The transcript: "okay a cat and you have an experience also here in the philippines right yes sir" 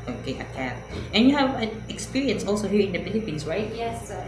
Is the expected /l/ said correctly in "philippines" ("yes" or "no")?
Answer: no